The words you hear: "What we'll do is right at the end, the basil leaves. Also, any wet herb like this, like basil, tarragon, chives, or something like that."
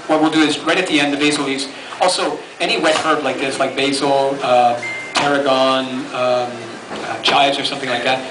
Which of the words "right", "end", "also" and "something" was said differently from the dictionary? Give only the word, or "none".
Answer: none